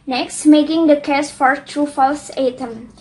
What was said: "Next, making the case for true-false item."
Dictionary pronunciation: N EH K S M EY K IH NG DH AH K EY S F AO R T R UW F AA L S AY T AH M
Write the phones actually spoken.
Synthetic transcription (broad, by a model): N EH K S M EY K IH NG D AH K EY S F AO R T R UW F AA L S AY T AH M